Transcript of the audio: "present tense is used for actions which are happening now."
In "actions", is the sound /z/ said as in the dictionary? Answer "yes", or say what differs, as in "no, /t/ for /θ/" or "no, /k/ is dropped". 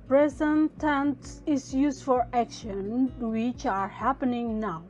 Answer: no, /z/ is dropped